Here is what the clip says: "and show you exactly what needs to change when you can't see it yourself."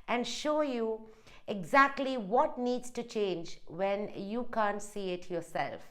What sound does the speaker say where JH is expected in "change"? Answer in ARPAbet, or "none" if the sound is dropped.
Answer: JH